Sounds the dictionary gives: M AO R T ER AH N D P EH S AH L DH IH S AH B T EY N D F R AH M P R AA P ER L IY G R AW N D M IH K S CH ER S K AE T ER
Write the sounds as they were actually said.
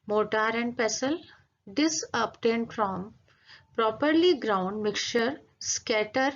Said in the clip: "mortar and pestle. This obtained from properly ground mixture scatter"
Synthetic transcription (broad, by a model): M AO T T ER AH N D P EH S AH L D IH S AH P T EY N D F R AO M P R AA P ER L IY G R AW N D M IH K CH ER S K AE T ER